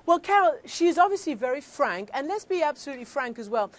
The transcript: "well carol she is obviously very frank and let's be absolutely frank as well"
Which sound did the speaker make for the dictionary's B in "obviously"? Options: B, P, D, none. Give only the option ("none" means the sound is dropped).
B